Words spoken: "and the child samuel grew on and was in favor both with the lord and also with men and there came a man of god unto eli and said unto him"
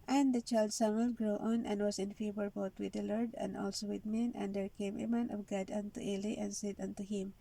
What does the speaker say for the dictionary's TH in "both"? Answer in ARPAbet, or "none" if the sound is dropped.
T